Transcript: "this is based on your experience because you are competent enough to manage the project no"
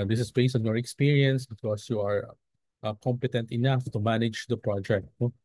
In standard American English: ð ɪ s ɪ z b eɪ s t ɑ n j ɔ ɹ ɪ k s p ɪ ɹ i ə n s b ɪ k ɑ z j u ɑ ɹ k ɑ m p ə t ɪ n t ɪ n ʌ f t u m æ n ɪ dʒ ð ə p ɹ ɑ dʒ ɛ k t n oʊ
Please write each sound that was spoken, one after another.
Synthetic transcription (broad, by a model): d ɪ s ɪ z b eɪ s ɑ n j ɔ ɹ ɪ k s p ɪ ɹ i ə n s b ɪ k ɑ s j u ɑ ɹ k ɑ m p ə t ɪ n t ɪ n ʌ f t u m æ n ɪ dʒ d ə p ɹ ɑ dʒ ɛ k t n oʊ